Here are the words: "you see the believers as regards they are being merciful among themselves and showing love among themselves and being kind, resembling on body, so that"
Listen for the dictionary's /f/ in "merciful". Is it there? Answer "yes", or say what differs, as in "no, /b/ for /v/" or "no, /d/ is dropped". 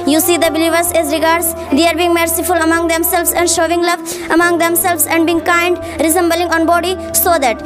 yes